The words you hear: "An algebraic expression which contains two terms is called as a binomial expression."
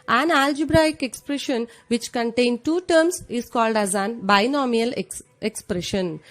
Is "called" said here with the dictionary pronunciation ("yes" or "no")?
yes